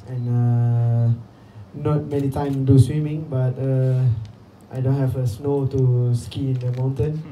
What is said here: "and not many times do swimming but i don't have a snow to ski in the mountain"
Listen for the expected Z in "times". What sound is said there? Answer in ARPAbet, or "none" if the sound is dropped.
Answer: none